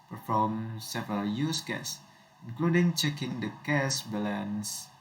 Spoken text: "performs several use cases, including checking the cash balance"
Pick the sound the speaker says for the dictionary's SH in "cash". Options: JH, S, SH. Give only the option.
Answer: S